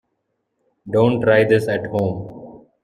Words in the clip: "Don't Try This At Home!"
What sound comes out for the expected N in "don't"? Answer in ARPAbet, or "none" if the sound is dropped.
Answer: N